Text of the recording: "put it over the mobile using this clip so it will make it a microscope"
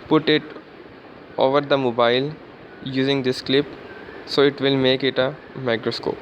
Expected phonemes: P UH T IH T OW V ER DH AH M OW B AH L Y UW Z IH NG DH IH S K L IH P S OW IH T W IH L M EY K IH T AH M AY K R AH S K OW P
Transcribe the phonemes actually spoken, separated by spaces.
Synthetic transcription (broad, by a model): P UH T IH T OW V ER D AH M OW B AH L Y UW Z IH NG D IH S K L IH P S OW IH T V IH L M EY K IH T AH M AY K R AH S K OW P